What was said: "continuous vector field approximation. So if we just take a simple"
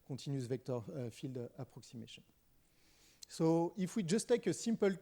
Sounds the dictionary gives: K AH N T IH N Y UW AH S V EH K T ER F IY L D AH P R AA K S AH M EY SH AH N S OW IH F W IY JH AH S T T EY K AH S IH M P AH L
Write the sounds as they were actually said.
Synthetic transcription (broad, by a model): K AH T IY N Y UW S V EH K T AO F IY L D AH P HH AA K S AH M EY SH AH N S OW IH F W IY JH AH S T T EY K AH S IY M P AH L